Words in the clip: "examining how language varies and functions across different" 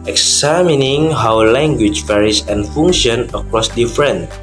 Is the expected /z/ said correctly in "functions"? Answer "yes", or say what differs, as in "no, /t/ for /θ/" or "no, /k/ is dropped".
no, /z/ is dropped